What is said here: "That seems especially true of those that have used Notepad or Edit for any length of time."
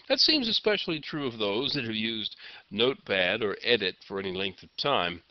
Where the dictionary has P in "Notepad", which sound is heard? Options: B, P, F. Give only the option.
B